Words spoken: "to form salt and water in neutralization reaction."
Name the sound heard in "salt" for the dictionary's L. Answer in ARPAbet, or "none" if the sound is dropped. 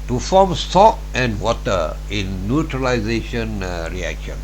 none